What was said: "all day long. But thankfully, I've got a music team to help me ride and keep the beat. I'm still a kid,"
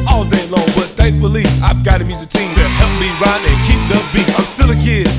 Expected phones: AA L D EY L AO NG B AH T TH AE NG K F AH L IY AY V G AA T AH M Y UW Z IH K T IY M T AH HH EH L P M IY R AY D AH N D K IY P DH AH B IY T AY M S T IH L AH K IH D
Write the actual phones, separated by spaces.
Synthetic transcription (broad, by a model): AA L D EY L AO NG B AH T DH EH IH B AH L IY AY V G AA T AH M Y UW Z IH K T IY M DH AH HH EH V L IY R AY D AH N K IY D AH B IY AY M S T IH L AH K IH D